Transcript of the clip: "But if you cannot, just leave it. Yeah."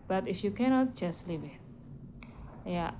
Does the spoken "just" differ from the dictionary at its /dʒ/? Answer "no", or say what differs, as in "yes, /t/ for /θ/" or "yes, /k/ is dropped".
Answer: yes, /tʃ/ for /dʒ/